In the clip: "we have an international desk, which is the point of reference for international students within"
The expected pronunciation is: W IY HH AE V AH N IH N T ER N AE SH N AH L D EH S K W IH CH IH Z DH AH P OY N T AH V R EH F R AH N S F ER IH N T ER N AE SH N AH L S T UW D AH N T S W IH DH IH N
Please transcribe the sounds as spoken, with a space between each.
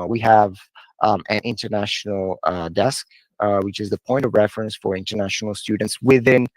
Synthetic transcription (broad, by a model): W IY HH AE V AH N IH N T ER N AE SH N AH L D EH S K W IH CH IH Z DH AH P OY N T AH V R EH F R AH N S F ER IH N T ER N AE SH N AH L S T UW D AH N T S W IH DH IH N